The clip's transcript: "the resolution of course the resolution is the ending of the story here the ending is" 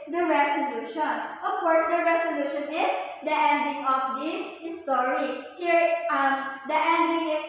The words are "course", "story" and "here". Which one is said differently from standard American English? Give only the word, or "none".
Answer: story